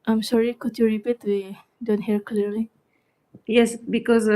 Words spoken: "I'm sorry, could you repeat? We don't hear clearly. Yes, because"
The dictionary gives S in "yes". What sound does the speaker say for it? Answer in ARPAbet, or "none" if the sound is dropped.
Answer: S